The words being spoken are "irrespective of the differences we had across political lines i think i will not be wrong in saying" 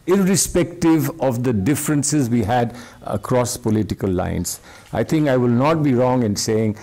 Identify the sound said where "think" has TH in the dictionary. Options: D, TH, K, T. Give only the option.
T